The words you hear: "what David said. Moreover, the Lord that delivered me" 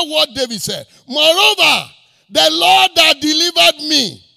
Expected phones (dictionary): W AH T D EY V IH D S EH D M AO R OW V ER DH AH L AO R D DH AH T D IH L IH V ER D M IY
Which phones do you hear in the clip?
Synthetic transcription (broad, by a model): W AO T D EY B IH S EH D M AO R OW V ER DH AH L AO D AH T D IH L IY V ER D M IY